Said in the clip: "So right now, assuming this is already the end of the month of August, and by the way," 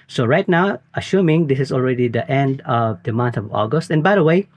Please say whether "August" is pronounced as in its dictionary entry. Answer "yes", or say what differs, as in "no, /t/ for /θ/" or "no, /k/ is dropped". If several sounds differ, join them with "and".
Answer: yes